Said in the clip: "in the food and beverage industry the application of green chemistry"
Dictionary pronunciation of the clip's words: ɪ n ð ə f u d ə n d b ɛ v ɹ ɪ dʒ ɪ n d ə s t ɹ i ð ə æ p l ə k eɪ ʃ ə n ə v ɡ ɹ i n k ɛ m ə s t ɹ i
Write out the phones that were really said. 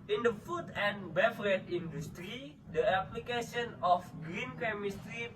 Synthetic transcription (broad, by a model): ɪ n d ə f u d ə n b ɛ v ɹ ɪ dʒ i n d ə s t ɹ i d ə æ p l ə k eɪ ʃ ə n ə f ɡ ɹ i n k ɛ m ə s t ɹ i